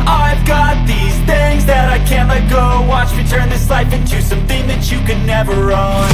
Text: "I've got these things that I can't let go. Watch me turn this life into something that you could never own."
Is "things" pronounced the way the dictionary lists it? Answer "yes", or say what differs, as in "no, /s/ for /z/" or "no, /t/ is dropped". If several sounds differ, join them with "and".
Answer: yes